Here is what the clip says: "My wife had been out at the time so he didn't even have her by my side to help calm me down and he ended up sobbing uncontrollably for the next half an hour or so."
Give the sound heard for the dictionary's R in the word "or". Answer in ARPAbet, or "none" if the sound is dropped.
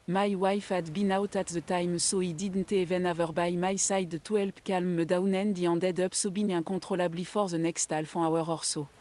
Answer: R